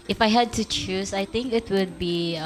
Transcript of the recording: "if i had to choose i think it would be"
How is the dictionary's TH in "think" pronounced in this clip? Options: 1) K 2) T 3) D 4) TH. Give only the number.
2